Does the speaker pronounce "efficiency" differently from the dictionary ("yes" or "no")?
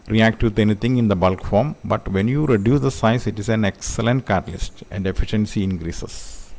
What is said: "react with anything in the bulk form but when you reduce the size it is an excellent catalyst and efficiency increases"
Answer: no